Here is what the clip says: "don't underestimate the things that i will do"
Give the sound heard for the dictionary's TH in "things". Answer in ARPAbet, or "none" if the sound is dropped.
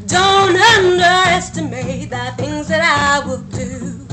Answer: TH